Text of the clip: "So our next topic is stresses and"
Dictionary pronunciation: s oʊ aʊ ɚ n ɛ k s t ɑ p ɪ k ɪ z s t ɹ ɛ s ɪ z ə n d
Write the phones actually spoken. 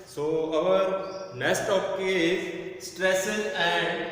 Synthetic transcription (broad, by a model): s oʊ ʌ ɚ n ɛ s t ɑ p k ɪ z s t ɹ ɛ s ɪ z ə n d